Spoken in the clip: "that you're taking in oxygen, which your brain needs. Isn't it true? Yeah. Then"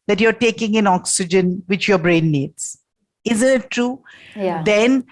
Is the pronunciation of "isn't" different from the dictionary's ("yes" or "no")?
no